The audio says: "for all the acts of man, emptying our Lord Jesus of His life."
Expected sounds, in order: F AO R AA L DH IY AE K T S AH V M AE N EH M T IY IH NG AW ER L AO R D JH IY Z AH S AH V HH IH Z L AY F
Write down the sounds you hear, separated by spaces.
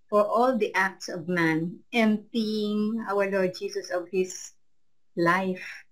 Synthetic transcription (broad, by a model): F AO R AA L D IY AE K T S AH V M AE N EH M T IY IH NG AW ER L AO R D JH IY S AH S AH V HH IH S L AY F